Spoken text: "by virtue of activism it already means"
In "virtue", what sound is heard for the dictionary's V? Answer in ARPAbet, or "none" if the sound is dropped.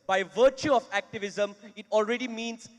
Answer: V